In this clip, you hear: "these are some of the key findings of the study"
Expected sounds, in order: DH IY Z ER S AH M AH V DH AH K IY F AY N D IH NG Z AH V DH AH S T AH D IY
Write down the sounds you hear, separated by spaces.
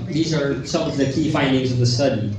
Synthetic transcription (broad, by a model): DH IY Z ER S AH M AH V DH AH K IY F AY N D IH NG Z AH V DH AH S T AH D IY